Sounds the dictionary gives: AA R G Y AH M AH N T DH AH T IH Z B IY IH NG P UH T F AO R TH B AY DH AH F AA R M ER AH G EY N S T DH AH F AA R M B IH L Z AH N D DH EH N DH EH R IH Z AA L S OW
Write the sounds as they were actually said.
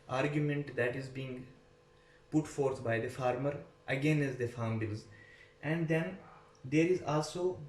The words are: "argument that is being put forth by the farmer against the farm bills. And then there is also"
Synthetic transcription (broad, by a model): AA R G Y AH M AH N T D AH T IH Z B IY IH NG P UH T F AO R T B AY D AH F AA R M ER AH G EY N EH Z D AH F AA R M B IH L Z AH N D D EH N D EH R IH Z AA L S OW